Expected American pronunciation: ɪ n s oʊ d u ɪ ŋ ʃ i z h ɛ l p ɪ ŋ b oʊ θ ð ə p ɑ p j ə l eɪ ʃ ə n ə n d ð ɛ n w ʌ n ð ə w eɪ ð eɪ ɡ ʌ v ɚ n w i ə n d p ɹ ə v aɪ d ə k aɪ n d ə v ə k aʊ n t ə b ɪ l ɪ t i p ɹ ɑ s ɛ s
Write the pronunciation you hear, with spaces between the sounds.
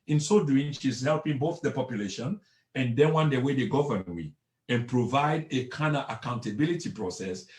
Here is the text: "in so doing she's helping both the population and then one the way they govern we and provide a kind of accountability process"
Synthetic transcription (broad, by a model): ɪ n s oʊ d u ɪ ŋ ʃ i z h ɛ l p ɪ ŋ b oʊ θ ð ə p ɑ p j ə l eɪ ʃ ə n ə n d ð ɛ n w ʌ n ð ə w eɪ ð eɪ ɡ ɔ v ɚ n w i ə n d p ɹ ə v aɪ d ə k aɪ n ə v ə k aʊ n t ə b ɪ l ɪ t i p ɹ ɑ s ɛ s